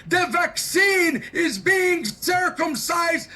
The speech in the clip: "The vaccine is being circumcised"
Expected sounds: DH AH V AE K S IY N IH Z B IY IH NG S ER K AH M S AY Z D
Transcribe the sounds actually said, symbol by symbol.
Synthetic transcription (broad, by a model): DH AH V AE K S IY N IH Z B IY IH NG S ER K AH M S AY Z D